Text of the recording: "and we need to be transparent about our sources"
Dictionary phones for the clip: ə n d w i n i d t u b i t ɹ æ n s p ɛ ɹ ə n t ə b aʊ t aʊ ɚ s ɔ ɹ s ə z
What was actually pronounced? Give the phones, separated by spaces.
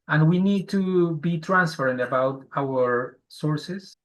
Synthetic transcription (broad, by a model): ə n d w i n i d t u b i t ɹ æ n s f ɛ ɹ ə n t ə b aʊ t aʊ ɚ s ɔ ɹ s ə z